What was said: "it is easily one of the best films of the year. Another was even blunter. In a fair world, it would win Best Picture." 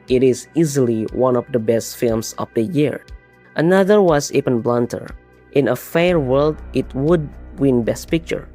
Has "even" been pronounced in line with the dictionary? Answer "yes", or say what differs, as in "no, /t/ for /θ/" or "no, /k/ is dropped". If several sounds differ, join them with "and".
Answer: no, /p/ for /v/